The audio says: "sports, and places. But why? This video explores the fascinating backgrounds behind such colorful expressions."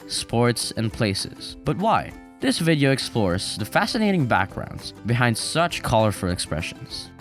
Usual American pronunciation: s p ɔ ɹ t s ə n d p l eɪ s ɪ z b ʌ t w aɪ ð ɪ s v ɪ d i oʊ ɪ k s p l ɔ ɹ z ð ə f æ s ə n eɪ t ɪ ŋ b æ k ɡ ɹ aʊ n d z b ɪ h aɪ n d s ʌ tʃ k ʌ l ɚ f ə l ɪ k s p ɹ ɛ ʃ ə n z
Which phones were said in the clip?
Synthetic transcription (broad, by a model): s p ɔ ɹ t s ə n p l eɪ s ɪ z b ʌ t w aɪ ð ɪ s v ɪ d i oʊ ɪ k s p l ɔ ɹ z ð ə f æ s ə n eɪ t ɪ ŋ b æ k ɡ ɹ aʊ n d z b ɪ h aɪ n d s ʌ tʃ k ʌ l ɚ f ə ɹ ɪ k s p ɹ ɛ ʃ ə n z